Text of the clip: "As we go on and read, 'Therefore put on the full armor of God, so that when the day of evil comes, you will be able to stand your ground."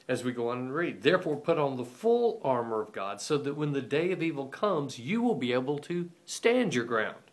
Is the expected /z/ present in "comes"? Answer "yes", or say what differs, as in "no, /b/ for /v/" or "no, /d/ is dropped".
yes